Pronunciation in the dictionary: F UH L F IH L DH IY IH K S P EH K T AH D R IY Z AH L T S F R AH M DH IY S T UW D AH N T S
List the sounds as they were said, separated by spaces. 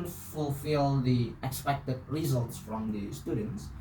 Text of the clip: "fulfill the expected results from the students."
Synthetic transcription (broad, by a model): F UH L F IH L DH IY IH K S P EH K T AH D R IY Z AH L T S F R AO M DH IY S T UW D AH N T S